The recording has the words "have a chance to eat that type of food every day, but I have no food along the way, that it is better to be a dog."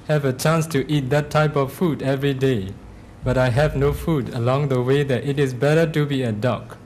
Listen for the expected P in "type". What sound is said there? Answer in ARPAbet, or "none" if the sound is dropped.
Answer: P